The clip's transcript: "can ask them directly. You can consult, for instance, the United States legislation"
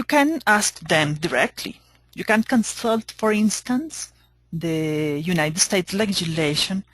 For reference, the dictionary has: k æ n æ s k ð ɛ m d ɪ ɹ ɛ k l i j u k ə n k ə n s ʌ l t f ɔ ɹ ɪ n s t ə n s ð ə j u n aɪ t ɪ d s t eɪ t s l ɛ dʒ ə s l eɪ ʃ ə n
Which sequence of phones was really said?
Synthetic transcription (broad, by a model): k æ n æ s k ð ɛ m d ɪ ɹ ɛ k l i j u k ə n k ə n s ʌ l t f ɔ ɹ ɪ n s t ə n s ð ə j u n aɪ t ɪ d s t eɪ t s l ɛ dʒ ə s l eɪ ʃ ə n